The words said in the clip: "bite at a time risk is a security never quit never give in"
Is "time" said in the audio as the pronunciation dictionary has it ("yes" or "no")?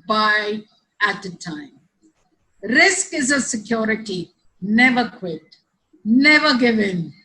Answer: yes